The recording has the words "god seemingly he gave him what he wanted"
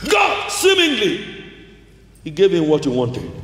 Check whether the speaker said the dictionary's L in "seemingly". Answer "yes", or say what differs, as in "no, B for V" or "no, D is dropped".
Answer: yes